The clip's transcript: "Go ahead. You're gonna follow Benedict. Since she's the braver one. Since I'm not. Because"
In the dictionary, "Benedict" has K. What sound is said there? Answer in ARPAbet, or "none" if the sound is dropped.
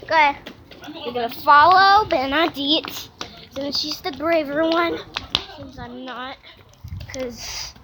none